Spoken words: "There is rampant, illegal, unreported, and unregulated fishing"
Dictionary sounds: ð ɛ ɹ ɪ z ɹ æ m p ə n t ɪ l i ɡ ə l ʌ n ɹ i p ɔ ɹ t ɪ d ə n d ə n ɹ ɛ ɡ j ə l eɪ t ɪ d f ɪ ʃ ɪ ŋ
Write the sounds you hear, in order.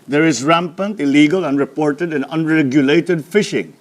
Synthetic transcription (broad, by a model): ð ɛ ɹ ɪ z ɹ æ m p ə n t ɪ l i ɡ ə l ʌ n ɹ i p ɔ ɹ t ɪ d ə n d ə n ɹ ɛ ɡ j ə l eɪ t ɪ d f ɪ ʃ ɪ ŋ